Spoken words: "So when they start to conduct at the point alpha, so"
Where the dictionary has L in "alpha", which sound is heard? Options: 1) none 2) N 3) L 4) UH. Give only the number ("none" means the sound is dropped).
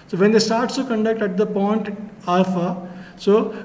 1